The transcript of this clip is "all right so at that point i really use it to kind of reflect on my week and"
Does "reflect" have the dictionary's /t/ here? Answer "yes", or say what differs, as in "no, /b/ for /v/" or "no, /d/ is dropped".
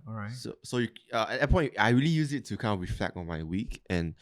no, /t/ is dropped